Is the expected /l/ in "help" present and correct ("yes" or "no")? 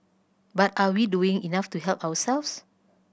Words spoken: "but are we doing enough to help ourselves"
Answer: yes